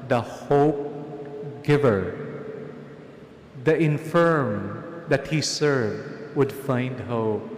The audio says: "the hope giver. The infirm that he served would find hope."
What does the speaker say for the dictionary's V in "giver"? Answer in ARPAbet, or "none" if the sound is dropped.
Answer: V